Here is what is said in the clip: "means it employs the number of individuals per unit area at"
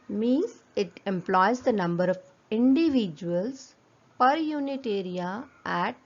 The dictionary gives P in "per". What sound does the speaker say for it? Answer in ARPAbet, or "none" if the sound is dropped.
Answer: P